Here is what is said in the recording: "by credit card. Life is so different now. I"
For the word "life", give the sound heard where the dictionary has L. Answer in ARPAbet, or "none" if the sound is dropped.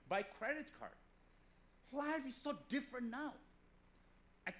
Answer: W